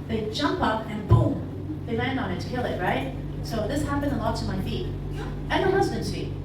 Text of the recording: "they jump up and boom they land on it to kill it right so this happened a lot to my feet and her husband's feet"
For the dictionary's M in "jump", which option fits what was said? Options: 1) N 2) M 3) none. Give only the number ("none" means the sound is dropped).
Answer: 2